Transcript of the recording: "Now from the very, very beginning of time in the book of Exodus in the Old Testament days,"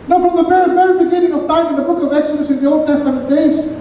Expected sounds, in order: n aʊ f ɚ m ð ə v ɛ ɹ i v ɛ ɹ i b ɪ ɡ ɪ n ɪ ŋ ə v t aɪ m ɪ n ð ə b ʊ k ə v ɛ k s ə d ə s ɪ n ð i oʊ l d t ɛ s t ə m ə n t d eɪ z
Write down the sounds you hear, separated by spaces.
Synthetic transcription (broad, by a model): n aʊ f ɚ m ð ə b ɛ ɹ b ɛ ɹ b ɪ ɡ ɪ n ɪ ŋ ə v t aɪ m ɪ n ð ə b ʊ k ə v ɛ s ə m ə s ɪ n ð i oʊ l d t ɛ s t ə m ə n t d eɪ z